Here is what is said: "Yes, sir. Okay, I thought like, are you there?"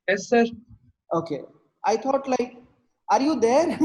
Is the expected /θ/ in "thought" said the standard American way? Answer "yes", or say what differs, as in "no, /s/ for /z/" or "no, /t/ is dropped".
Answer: no, /t/ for /θ/